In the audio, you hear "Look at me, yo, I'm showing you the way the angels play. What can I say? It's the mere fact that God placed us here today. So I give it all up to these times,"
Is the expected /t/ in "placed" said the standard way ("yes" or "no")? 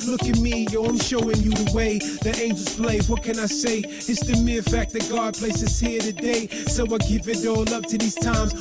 no